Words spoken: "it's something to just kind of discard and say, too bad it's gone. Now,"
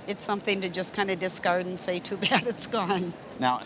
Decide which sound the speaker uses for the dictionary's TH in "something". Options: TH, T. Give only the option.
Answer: TH